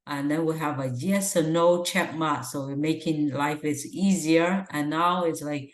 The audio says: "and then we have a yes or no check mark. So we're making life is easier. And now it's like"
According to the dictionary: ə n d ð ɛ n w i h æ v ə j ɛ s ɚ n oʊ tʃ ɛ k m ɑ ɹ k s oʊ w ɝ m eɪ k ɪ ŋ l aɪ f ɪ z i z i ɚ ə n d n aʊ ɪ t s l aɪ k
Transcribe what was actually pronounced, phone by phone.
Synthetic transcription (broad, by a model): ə n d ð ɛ n w i h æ v ə j ɛ s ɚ n oʊ tʃ ɛ k m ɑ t s oʊ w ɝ m eɪ k ɪ ŋ l aɪ f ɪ s i z i ɚ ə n n aʊ ɪ t s l aɪ k